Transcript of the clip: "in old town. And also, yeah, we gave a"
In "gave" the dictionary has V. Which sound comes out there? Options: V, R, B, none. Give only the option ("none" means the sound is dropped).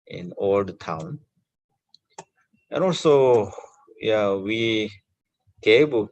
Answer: B